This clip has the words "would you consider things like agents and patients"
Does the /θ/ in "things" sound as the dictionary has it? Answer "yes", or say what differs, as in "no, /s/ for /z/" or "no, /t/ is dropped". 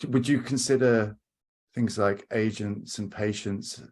yes